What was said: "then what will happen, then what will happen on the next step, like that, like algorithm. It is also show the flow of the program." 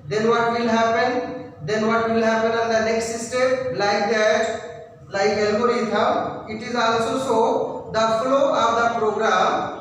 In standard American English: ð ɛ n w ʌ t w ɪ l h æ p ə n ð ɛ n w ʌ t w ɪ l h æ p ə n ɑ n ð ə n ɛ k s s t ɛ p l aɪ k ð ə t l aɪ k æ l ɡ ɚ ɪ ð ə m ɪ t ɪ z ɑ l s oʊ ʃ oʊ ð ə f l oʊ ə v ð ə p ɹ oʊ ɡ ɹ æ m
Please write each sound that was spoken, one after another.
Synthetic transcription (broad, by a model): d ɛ n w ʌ t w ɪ l h æ p ə n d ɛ n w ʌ t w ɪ l h æ p ə n ɑ n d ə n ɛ k s s t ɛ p l aɪ k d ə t l aɪ k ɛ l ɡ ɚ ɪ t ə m ɪ t ɪ z ɑ l s oʊ s oʊ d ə f l oʊ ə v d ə p ɹ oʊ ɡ ɹ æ m